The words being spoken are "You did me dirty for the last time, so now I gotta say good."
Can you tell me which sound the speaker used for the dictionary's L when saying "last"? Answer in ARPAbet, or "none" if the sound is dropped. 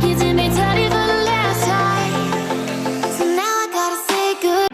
L